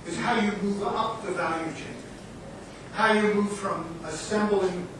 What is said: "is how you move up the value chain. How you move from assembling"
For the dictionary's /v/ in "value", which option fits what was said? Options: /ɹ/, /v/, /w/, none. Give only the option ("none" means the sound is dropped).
/v/